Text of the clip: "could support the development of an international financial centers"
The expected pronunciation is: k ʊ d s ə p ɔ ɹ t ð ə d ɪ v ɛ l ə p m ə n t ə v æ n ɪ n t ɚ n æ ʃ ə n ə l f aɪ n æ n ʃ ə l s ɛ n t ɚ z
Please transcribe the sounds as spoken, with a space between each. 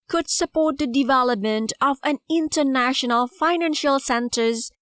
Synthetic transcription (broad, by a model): k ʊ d s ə p ɔ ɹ t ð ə d ɪ v ɛ l ə p m ə n t ə v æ n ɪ n t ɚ n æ ʃ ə n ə l f aɪ n æ n ʃ ə l s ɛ n t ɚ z